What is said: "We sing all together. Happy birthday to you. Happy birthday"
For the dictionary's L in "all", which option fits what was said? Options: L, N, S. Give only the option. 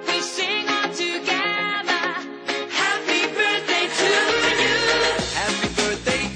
N